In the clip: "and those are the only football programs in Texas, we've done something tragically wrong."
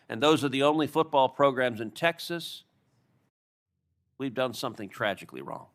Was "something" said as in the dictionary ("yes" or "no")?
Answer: yes